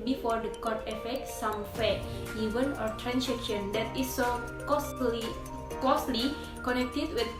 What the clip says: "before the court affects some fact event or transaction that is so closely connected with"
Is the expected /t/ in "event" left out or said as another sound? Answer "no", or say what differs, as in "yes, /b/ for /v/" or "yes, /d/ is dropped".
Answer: yes, /t/ is dropped